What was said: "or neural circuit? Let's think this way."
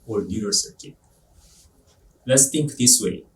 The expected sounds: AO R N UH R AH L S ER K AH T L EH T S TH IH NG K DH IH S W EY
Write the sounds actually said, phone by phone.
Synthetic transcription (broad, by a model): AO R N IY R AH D S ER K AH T L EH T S T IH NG K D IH S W EY